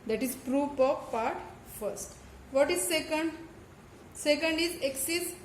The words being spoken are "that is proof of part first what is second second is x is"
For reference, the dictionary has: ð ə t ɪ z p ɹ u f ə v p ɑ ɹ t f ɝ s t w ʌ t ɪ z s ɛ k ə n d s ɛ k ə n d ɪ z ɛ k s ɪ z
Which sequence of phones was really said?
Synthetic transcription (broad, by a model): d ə t ɪ z p ɹ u p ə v p ɑ ɹ t f ɝ s t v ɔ t ɪ z s ɛ k ə n d s ɛ k ə n d ɪ z ɛ k s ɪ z